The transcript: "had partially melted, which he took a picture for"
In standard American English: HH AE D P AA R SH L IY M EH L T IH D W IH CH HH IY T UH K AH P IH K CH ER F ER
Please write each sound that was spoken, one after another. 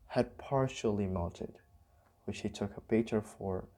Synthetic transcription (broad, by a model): HH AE D P AA R SH L IY M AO N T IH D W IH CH HH IY T UH K AH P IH CH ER F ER